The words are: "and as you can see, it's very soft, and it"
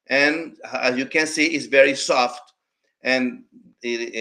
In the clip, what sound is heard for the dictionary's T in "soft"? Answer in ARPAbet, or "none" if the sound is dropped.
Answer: T